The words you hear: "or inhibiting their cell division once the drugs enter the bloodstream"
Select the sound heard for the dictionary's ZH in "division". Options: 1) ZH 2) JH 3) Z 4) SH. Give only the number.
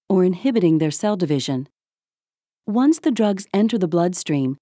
1